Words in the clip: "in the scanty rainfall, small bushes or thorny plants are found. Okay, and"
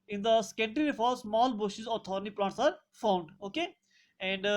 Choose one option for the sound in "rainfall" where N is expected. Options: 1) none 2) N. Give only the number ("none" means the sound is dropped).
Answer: 1